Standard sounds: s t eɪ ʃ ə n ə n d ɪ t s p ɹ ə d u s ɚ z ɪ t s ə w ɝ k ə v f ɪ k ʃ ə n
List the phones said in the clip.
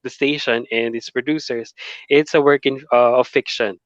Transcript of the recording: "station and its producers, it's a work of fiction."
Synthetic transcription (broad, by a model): s t eɪ ʃ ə n ə n d ɪ t s p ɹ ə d u s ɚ s ɪ t s ə w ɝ k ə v f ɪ k ʃ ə n